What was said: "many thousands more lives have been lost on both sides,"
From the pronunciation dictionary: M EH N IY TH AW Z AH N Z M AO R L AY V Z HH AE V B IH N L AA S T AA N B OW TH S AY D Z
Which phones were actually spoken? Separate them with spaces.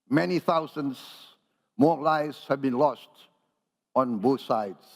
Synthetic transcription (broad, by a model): M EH N IY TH AW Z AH N S M AO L AY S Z HH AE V B IH N L AA S T AA N B OW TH S AY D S